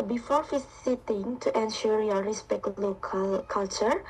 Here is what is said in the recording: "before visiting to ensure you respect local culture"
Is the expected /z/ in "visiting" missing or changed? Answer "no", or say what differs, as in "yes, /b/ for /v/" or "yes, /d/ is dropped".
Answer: yes, /s/ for /z/